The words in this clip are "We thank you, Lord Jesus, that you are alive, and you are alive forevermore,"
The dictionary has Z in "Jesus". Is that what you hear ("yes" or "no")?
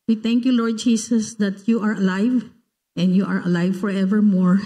no